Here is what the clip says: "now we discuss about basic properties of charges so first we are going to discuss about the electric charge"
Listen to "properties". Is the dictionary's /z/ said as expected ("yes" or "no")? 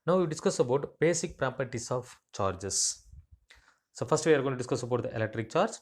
no